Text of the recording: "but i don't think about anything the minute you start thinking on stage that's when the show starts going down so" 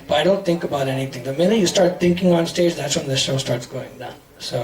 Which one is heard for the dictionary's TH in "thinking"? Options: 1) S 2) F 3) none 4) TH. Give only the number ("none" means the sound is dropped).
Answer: 4